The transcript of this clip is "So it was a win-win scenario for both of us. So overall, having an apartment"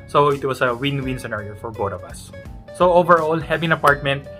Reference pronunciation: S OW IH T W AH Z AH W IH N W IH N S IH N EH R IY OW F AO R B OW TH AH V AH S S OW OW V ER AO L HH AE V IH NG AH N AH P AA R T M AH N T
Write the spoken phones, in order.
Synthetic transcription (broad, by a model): S OW IH T W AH S AH W IH N W IH N S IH N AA R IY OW F AO R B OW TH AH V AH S S OW OW V ER AO L HH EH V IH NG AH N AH P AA R T M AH N T